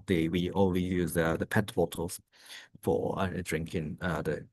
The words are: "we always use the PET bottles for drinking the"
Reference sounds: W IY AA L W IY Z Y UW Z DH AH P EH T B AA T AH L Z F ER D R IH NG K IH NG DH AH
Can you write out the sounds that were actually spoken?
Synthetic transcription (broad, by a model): W IY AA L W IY Y UW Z DH AH P EH T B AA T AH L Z F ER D R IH NG K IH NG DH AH